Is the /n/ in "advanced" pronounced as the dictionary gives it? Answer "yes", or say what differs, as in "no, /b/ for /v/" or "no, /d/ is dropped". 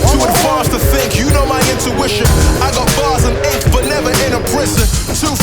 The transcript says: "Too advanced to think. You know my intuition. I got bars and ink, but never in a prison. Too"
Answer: no, /n/ is dropped